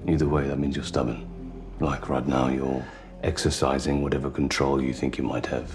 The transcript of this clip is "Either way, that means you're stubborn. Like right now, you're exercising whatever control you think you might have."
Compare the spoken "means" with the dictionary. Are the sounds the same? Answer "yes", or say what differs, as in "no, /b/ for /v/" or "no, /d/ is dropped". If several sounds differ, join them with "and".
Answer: yes